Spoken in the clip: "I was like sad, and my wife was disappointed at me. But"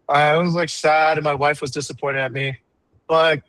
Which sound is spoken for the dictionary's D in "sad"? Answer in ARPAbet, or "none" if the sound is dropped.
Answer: D